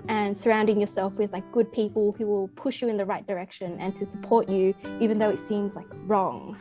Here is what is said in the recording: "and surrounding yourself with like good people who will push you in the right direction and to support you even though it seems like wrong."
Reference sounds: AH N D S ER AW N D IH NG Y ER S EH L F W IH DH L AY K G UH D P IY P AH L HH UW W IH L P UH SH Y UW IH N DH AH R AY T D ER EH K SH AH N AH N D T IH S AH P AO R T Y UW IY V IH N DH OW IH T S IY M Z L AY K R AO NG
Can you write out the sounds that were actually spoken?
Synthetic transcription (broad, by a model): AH N S ER AW N D IH NG Y ER S EH L F W IH DH L AY K G UH D P IY P AH L HH UW W IH L P UH SH Y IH IH N DH AH R AY T D ER EH K SH AH N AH N T IH S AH P AO R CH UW IY V IH N DH OW IH T S IY M Z L AY K R AO NG